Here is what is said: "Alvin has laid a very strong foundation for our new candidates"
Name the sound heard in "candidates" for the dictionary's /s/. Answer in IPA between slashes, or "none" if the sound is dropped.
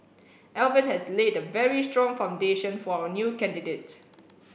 none